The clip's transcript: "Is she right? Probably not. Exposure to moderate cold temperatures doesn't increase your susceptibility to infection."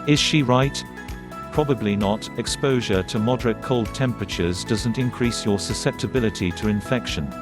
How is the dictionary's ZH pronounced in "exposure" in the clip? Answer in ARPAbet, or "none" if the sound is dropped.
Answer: ZH